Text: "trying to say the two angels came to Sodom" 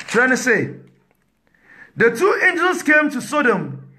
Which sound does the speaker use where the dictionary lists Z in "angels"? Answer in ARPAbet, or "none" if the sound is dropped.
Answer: S